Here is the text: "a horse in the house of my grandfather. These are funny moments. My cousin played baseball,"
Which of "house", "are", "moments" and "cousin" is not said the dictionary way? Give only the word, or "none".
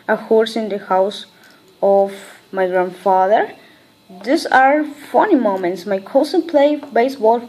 cousin